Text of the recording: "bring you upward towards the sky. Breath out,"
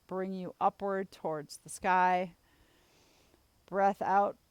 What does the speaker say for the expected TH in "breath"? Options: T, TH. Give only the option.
TH